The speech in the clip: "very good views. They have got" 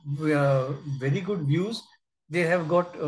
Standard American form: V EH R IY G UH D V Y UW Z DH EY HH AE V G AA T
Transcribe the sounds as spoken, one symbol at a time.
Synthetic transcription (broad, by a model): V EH R IY G UH D V Y UW Z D EY HH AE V G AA T